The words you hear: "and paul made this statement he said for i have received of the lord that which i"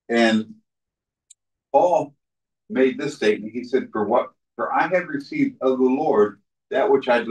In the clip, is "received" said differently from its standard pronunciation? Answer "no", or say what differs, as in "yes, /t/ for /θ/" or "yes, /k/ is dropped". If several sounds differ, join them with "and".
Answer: no